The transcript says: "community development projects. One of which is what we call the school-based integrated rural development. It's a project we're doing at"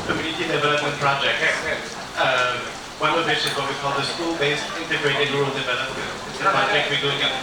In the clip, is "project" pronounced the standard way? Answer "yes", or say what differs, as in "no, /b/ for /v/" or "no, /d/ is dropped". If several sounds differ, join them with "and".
no, /dʒ/ is dropped